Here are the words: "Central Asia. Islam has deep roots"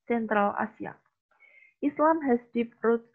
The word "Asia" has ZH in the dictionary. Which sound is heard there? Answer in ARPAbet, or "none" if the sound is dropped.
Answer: S